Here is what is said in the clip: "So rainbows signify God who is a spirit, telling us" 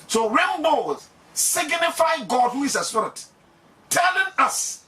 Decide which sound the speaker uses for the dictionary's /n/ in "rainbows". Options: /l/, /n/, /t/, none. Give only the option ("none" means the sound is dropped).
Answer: /l/